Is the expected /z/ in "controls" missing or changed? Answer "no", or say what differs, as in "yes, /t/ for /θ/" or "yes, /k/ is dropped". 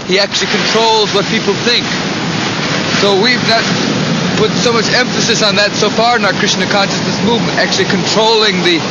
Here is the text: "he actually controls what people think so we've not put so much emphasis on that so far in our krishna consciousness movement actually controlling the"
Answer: no